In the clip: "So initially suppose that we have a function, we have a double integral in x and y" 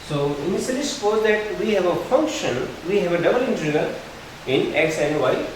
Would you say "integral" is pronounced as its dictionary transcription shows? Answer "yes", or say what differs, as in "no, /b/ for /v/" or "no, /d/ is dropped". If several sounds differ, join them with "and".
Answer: no, /ɹ/ is dropped